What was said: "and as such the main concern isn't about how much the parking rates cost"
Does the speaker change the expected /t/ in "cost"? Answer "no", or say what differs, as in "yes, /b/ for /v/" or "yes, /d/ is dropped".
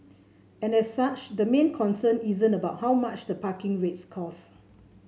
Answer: yes, /t/ is dropped